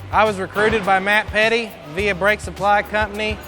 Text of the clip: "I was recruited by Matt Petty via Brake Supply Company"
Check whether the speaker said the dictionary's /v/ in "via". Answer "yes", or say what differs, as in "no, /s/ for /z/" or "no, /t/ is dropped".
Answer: yes